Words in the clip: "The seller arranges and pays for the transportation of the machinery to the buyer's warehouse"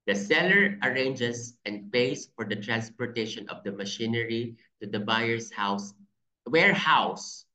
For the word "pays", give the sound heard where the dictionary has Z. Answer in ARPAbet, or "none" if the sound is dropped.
S